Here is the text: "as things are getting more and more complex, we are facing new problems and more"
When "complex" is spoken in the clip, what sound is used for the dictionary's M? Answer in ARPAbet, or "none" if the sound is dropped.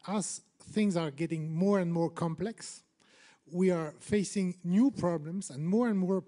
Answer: M